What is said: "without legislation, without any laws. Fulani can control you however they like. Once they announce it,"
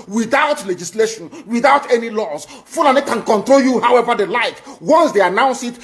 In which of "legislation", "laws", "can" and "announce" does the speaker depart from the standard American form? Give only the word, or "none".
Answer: laws